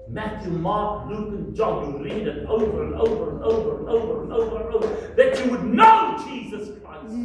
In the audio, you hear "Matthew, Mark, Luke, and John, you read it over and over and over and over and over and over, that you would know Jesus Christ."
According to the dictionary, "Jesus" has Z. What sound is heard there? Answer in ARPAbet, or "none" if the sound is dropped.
Z